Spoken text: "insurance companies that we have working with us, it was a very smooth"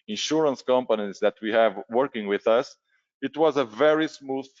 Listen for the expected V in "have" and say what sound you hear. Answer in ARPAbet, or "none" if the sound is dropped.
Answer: V